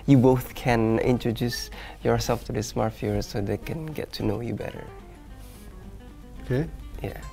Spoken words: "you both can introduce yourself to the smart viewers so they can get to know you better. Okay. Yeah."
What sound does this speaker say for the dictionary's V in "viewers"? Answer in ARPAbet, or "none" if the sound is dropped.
F